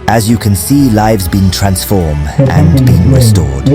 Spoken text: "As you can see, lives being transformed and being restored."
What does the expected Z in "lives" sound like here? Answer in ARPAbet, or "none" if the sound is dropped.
Z